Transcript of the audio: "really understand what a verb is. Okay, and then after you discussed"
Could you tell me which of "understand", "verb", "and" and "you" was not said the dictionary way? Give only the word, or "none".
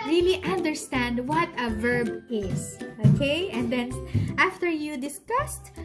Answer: none